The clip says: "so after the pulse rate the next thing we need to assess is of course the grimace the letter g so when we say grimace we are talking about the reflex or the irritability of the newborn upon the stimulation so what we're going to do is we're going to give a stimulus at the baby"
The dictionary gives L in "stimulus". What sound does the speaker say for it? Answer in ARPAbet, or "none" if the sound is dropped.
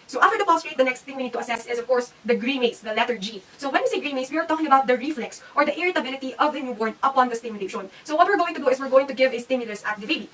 L